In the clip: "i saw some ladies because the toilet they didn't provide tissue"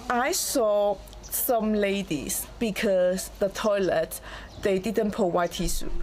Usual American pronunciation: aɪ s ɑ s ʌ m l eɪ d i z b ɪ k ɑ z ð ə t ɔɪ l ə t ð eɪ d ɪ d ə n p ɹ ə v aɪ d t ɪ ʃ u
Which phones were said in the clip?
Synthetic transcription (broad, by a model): aɪ s ɑ s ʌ m l eɪ d i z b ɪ k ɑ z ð ə t ɔɪ l ə t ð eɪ d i d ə n p ə w aɪ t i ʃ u